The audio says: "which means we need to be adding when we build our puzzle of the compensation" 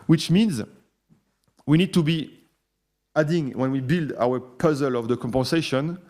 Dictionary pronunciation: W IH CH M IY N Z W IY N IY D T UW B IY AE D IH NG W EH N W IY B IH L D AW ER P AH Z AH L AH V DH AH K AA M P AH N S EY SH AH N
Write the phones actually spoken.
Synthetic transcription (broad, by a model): W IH CH M IY N Z W IY N IY D T UW B IY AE D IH NG W EH N W IY B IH L D AW ER P AH Z AH L AH V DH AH K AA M P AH N S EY SH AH N